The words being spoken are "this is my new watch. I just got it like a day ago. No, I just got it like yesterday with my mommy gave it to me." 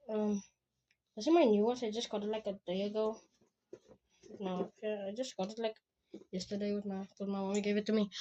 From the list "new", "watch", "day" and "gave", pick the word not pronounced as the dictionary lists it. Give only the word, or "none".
watch